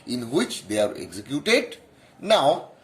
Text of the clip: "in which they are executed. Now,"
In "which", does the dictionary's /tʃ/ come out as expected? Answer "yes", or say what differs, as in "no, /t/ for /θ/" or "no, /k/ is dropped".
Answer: yes